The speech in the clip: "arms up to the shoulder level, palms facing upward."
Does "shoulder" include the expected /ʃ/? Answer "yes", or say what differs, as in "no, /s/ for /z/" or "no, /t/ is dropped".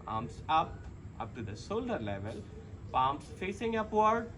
no, /s/ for /ʃ/